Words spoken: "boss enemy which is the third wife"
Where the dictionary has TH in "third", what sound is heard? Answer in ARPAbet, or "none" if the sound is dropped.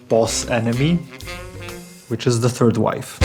TH